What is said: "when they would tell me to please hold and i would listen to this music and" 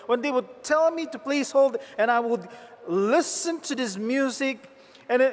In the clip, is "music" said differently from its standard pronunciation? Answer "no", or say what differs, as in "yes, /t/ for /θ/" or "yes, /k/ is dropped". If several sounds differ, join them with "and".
no